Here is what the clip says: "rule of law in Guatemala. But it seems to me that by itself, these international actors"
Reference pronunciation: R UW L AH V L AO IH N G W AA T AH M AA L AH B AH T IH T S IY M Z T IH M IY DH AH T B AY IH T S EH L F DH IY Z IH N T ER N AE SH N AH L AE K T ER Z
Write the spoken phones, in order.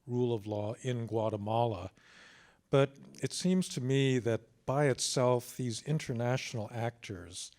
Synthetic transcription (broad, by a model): R UW L AH V L AO IH N G W AA T AH M AA L AH B AH T IH T S IY M Z T IH M IY DH AH T B AY IH T S EH L F DH IY Z IH N T ER N AE SH N L AE K T ER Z